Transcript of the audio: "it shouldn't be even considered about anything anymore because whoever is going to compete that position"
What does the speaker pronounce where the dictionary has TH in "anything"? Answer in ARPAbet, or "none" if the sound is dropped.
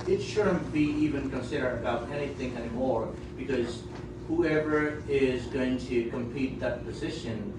TH